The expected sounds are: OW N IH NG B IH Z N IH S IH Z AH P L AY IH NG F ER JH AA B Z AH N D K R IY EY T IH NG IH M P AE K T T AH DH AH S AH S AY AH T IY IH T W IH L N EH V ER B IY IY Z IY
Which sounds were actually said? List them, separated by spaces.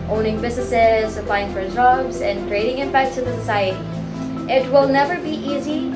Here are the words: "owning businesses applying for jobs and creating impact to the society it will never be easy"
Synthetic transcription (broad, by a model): OW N IH NG B IH Z N IH S IH Z AH P L AY IH NG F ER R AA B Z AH N K R IY EY T IH NG IH M P AE K T S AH DH AH S AH S AY AH T IY IH T W IH L N EH V ER B IY IY Z IY